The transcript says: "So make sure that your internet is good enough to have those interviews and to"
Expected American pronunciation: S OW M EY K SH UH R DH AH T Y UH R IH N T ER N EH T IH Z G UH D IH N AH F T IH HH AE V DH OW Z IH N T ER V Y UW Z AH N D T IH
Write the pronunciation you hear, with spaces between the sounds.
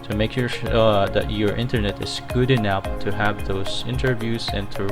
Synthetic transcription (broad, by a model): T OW M EY K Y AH R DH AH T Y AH R IH N T ER N EH T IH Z G UH D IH N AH P T IH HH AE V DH OW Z IH N T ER V Y UW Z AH N T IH